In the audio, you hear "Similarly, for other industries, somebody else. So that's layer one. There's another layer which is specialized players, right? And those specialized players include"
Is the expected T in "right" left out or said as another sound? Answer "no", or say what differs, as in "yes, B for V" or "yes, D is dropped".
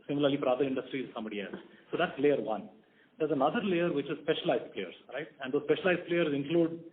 no